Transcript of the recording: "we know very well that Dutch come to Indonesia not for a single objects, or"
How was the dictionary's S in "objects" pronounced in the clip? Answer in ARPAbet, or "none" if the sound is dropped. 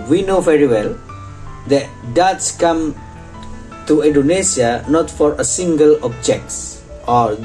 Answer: S